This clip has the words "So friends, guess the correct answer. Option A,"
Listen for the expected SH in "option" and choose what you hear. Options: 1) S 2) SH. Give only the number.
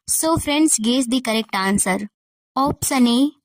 1